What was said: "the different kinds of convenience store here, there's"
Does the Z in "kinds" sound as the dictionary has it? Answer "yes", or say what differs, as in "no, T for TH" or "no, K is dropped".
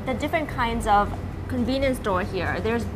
yes